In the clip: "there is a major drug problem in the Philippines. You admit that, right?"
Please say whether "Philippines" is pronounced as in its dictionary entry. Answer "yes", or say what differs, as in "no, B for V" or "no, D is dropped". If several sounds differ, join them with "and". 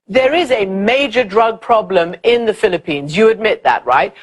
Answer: yes